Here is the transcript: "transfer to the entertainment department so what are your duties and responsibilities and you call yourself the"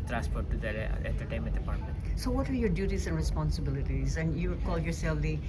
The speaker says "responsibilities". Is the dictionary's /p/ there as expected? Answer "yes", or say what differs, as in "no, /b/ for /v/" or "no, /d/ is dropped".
yes